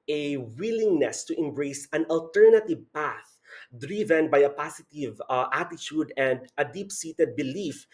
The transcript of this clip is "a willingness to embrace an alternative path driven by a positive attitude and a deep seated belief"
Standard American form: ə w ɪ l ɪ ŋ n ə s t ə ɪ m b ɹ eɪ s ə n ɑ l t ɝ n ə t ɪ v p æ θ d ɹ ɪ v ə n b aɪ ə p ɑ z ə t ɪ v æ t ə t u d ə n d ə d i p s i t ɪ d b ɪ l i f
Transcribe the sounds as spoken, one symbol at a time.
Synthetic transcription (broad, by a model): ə w ɪ l ɪ ŋ n ə s t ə ɪ m b ɹ eɪ s ə n ɑ l t ɝ n ə t ɪ v p æ θ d ɹ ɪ v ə n b aɪ ə p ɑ s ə t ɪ v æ t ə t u d ə n d ə d i p s i t ɪ d b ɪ l i f